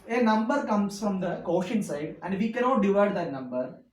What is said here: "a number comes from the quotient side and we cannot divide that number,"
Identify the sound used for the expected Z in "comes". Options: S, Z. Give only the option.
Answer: S